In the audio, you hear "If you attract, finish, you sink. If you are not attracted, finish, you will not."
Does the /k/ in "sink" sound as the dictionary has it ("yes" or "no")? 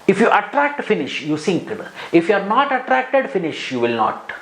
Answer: yes